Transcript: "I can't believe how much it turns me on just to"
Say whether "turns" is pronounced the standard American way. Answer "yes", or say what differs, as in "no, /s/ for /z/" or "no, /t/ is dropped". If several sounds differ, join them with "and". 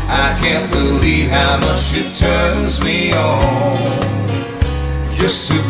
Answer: yes